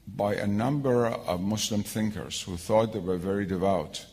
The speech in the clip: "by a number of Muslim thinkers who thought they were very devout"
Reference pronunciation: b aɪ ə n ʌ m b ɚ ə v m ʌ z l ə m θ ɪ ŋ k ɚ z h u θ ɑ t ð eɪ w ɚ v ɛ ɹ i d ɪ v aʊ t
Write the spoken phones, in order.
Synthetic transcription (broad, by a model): b aɪ ə n ʌ m b ɚ ə v m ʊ s l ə m θ ɪ ŋ k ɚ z h u θ ɑ t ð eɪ w ɚ v ɛ ɹ i d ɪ v aʊ t